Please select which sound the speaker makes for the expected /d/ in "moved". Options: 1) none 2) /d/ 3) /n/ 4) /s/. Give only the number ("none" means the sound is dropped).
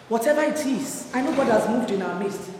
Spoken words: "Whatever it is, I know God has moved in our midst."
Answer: 2